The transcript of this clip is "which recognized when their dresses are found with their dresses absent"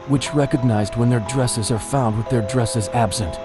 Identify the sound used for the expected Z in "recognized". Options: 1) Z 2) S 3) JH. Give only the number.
1